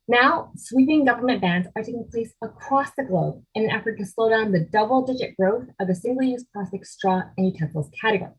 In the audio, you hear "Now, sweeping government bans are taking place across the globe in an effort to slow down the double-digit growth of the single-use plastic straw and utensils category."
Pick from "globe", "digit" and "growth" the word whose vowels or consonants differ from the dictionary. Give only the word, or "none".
none